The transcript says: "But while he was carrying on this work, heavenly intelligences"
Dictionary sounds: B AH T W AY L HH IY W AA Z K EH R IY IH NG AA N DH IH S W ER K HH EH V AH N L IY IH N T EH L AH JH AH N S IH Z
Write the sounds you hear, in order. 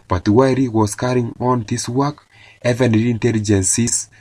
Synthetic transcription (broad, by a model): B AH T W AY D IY W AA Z K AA R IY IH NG AA N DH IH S W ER K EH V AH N IY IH N T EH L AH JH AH N S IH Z